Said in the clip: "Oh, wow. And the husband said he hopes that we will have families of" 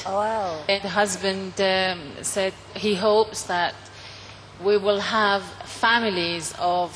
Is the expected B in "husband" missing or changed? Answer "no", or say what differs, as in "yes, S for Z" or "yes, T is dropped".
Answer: no